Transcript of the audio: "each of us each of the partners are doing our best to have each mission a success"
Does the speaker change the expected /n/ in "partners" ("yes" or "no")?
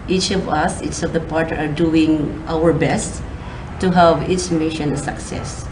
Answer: yes